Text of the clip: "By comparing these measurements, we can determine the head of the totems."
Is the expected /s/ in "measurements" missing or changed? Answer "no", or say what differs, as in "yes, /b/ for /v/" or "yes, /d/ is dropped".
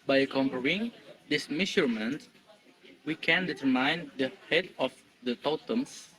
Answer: yes, /s/ is dropped